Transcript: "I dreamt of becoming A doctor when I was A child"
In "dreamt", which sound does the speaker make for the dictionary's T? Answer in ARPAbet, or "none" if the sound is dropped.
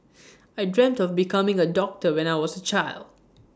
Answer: T